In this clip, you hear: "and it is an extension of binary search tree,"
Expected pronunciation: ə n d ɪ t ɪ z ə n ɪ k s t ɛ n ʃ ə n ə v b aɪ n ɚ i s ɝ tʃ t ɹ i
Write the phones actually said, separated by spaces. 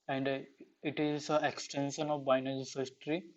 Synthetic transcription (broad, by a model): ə n d ɪ t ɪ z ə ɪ k s t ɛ n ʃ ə n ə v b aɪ n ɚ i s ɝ s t ɹ i